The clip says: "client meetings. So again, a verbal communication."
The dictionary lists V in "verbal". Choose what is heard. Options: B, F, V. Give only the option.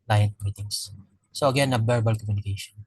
B